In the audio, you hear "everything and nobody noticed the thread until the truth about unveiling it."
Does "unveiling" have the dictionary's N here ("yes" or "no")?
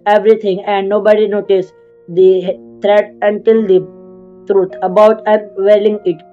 no